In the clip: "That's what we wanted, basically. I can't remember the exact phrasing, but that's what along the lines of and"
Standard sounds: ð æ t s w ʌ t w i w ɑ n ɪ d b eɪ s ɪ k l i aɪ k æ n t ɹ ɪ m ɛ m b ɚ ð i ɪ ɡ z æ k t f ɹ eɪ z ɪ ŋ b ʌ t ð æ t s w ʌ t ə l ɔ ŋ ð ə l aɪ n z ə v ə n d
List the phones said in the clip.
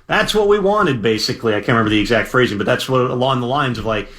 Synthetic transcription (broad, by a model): ð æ t s w ʌ t w i w ɑ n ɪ d b eɪ s ɪ k l i aɪ k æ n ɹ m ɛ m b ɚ ð i ɪ ɡ z æ k t f ɹ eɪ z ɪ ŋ b ʌ t ð æ t s w ʌ t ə l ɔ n ð ə l aɪ n z ə v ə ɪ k